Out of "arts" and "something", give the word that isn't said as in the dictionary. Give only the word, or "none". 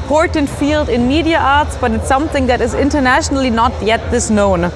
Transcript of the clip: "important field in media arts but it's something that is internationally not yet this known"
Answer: none